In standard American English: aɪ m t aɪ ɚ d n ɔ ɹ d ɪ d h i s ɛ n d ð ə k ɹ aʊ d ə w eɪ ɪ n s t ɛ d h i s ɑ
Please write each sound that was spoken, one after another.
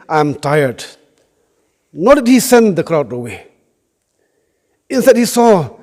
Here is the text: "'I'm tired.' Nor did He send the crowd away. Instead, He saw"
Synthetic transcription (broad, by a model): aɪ m t aɪ ɚ d n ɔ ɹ d ɪ d h i s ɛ n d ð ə k ɹ aʊ d ə w eɪ ɪ n s t ɛ d h i s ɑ